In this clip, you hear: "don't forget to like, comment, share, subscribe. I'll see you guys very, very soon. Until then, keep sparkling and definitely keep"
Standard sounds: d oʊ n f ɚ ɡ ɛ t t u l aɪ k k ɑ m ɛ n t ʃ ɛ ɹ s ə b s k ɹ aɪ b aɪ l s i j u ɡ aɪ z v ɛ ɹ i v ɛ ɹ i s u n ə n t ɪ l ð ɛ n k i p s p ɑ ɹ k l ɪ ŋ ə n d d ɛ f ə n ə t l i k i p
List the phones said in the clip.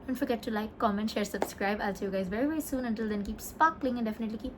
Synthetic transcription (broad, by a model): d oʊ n f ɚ ɡ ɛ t t u l aɪ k k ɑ m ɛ n ʃ ɛ ɹ s ə b s k ɹ aɪ b aɪ l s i j u ɡ aɪ z v ɛ ɹ i v ɛ ɹ i s u n ə n t ɪ l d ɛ n k i p s p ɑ k l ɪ ŋ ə n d d ɛ f ə n ə t l i k i p